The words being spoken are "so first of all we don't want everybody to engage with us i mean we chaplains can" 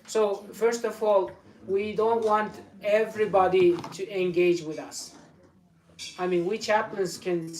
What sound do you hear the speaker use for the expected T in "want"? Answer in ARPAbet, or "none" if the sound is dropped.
T